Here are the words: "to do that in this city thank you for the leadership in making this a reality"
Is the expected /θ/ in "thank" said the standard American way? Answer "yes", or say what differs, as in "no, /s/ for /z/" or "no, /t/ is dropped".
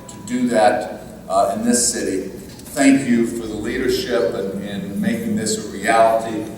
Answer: yes